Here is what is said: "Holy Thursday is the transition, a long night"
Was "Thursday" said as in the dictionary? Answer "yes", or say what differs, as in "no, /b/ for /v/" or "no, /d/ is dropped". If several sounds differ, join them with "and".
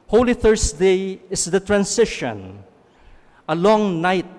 no, /s/ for /z/